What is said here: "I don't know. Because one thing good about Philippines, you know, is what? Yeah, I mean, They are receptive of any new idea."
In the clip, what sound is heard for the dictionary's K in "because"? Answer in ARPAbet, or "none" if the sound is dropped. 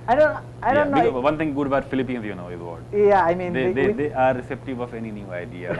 none